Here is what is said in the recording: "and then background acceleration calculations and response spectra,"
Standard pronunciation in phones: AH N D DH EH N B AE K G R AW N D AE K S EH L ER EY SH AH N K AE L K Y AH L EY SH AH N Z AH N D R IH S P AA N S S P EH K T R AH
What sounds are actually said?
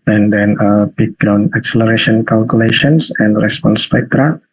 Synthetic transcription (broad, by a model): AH N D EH N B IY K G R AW N AA K S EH L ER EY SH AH N K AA L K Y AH L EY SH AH N S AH N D R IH S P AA N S S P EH K T R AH